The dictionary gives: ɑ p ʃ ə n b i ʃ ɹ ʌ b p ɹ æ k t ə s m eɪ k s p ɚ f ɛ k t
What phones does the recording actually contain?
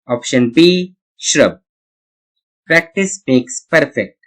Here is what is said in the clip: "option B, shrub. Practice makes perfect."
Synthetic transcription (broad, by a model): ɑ p ʃ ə n b i ʃ ɹ ʌ b p ɹ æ k t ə s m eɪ k s p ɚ f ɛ k t